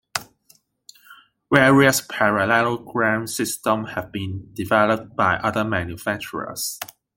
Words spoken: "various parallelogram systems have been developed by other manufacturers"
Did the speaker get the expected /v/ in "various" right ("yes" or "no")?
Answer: no